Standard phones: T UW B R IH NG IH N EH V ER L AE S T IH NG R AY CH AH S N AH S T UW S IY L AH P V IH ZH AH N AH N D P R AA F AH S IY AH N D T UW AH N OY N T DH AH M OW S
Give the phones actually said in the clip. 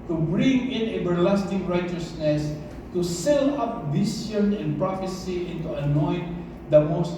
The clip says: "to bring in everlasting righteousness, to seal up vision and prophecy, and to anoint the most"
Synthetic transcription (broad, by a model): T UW B R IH NG IH N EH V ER L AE S T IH NG R AY CH AH S N AH S T UW S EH L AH P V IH S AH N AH N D P R AA F AH S IY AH N T UW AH N OY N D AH M OW S